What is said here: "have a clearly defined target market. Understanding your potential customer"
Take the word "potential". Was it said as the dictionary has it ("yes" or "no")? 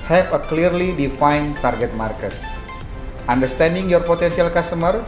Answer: no